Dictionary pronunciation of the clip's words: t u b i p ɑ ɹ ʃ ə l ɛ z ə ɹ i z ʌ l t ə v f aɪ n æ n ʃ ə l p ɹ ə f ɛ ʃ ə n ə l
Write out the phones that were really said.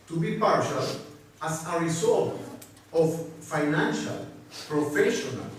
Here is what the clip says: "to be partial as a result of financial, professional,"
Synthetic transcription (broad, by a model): t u b i p ɑ ɹ ʃ ə l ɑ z ə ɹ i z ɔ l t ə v f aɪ n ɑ n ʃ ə l p ɹ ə f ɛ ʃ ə n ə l